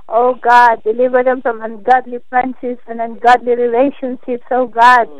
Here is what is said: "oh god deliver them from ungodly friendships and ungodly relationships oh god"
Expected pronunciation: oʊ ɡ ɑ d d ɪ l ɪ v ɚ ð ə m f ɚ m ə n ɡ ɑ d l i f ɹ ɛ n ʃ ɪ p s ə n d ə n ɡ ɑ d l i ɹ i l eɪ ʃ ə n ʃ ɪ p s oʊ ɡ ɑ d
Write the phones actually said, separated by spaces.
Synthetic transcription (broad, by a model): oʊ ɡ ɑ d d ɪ l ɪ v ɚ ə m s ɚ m ə n ɡ ɑ d l i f ɹ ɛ n s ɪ s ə n ə n ɡ ɑ d l i ɹ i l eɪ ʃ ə n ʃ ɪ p s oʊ ɡ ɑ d